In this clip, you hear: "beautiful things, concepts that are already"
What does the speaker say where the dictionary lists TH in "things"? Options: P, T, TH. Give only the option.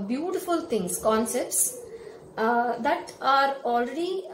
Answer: T